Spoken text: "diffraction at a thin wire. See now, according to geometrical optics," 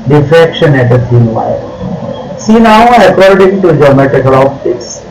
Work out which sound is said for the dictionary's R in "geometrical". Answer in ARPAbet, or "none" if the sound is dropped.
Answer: none